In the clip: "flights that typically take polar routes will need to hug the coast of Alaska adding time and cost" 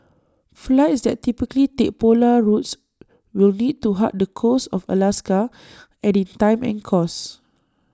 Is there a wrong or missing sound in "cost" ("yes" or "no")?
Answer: yes